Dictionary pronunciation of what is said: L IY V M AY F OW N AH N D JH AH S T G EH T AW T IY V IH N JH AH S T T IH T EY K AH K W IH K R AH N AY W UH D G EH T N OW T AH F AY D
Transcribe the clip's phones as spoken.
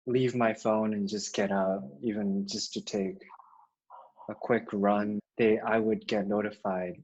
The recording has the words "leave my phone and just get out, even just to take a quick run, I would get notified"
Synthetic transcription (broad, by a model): L IY V M AY F OW N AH N JH AH S G EH T AW T IY V IH N JH AH S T T IH T EY K AH K W IH K R AH N AY W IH D G EH T N OW T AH F AY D